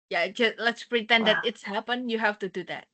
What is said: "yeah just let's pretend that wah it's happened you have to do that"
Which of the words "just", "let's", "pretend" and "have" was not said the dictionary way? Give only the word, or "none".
have